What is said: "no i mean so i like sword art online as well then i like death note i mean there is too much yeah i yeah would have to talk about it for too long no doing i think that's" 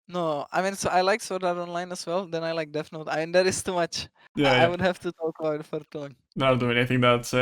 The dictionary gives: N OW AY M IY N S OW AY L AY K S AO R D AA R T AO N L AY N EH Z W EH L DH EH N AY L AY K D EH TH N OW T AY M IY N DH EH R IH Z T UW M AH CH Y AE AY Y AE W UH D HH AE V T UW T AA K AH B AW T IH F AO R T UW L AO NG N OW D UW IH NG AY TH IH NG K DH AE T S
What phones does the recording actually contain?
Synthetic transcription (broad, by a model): N OW AY M IY N S OW AY L AY K S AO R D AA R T AO N L AY N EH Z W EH L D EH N AY L AY K D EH F N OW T AY M IY N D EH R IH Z T UW M AH CH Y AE AY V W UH D HH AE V T UW T AA K AH B AW T F AO R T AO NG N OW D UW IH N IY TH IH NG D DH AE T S